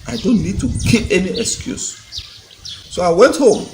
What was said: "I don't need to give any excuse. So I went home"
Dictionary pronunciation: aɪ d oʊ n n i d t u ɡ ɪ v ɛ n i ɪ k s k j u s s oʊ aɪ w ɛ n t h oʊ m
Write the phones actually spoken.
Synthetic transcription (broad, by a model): aɪ d oʊ n n i d t u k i p ɛ n i ɪ k s k j u s s oʊ aɪ w ɛ n t h oʊ m